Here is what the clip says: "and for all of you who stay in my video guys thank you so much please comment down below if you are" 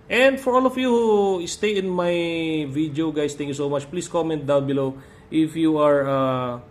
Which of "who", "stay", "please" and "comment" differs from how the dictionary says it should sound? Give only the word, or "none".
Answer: please